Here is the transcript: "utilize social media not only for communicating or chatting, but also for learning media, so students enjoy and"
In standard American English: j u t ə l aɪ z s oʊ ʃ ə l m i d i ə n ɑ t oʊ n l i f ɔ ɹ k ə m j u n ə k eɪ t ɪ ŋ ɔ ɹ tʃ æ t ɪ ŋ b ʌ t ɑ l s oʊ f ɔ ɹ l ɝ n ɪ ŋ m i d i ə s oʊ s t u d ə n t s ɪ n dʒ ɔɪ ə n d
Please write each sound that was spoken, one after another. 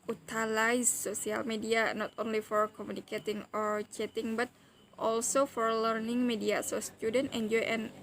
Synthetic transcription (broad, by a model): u t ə l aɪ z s oʊ s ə l m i d i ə n ɑ t oʊ n l i f ɔ ɹ k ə m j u n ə k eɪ t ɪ ŋ ɔ ɹ tʃ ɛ t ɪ ŋ b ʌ t ɑ l s oʊ f ɔ ɹ l ɝ n ɪ ŋ m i d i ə s oʊ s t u d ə n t ɪ n dʒ ɔɪ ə n